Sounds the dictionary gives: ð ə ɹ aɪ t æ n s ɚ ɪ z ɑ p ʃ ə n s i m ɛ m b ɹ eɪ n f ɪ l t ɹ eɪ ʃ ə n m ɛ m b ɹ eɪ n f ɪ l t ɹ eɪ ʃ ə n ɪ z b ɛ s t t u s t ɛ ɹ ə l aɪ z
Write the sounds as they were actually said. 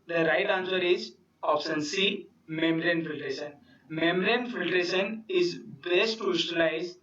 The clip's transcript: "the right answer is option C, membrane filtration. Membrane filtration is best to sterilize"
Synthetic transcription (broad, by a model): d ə ɹ aɪ t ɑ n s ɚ ɪ z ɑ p s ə n s i m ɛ m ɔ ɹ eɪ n f ɪ l t ɹ eɪ ʃ ə n m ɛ m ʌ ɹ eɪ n f ɪ l t ɹ eɪ ʃ ə n ɪ z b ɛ s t t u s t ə l aɪ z